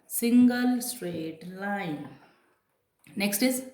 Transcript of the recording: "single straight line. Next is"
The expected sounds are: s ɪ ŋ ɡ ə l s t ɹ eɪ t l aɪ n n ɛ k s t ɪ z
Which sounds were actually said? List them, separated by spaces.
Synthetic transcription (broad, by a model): s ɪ ŋ ɡ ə l s t ɹ eɪ t l aɪ n n ɛ k s t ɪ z